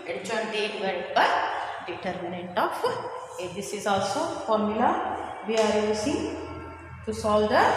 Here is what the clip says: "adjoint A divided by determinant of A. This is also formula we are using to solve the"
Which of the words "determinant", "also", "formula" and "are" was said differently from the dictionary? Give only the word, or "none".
none